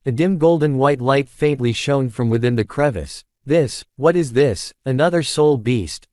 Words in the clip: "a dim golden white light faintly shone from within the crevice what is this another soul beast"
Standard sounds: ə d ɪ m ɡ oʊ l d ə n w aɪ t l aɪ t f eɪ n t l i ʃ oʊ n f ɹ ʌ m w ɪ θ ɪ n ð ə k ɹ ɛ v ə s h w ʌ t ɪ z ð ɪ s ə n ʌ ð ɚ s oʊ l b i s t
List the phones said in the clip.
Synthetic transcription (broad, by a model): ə d ɪ m ɡ oʊ l d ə n w aɪ t l aɪ t f eɪ n t l i ʃ oʊ n f ɹ ʌ m w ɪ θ ɪ n ð ə k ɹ ɛ v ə s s w ʌ t ɪ z ð ɪ s ə n ʌ ð ɚ s oʊ l b i s t